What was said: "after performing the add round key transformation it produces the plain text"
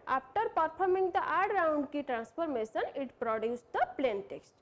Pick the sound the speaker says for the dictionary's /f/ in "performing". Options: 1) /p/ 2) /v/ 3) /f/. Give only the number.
1